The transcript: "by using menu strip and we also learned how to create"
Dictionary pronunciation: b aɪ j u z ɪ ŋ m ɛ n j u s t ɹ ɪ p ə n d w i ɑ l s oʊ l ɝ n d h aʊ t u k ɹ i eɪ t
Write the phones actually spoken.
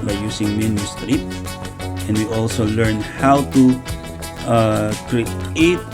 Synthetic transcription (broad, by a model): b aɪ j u s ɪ ŋ m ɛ n j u s t ɹ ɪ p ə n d w i ɑ l s oʊ l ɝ n h aʊ t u k ɹ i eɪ t